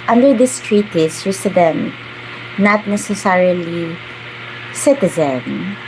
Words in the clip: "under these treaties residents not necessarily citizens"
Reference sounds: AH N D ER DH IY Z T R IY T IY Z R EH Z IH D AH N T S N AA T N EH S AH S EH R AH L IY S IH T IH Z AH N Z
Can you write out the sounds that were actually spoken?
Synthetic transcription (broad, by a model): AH N D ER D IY S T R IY T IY S R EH S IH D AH N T N AA T N EH S AH S EH R AH L IY S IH T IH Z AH N